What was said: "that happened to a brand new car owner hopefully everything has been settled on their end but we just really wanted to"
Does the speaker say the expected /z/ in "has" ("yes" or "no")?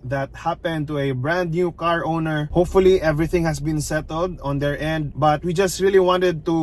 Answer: no